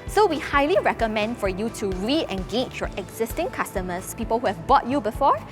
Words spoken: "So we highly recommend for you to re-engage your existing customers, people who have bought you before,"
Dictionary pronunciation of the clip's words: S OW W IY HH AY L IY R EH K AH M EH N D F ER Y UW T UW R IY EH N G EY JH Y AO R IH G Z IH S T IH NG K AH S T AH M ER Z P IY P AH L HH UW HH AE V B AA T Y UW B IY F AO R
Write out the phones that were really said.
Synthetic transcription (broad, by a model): S OW W IY HH AY L IY R EH K AH M EH N D F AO Y UW T UW R IY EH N G EY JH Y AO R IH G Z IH S T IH NG K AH S T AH M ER S P IY P AH L HH UW HH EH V B AA T Y UW B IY F AO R